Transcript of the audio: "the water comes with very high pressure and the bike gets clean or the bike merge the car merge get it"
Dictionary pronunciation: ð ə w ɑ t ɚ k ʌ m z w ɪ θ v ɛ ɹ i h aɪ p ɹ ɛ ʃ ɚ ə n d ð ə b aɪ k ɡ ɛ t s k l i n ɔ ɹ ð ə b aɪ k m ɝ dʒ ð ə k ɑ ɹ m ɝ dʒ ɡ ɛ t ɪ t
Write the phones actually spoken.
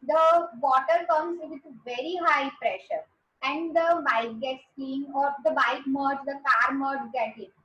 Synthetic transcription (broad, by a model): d ə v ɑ t ɚ k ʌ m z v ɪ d v ɛ ɹ i h aɪ p ɹ ɛ ʃ ɚ ə n d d ə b aɪ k ɡ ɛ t s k i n ɔ ɹ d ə b aɪ k m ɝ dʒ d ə k ɑ ɹ m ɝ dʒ ɡ ɛ t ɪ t